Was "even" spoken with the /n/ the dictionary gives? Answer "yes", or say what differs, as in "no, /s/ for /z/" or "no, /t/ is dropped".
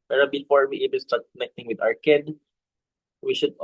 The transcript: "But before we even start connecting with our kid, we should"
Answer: no, /l/ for /n/